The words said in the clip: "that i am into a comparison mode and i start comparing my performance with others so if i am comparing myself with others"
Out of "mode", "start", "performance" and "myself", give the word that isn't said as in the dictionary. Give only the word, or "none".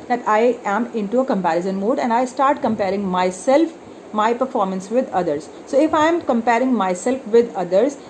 none